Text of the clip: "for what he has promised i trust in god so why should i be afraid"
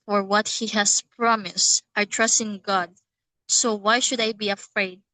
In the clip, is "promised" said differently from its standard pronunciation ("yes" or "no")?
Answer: no